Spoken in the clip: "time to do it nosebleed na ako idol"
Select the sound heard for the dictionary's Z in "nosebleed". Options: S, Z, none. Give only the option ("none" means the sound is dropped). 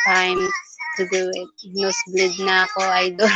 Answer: S